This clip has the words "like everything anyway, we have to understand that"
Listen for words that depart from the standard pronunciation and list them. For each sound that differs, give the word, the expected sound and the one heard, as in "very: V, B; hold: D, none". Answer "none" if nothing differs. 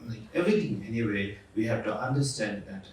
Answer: everything: TH, T